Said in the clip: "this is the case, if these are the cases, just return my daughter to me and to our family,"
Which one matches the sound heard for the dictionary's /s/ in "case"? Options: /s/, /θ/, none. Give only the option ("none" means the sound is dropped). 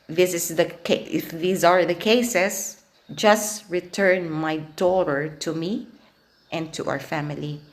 none